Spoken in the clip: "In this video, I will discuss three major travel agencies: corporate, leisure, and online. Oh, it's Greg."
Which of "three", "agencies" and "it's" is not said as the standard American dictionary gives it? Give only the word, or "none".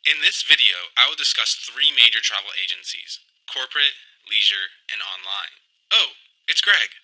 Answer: none